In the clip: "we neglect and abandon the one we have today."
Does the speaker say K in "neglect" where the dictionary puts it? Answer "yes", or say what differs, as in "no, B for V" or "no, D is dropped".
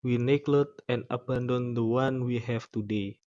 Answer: no, K is dropped